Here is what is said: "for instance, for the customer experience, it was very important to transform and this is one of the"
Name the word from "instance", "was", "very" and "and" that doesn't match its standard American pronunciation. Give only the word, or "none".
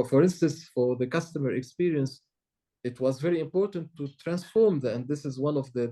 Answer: none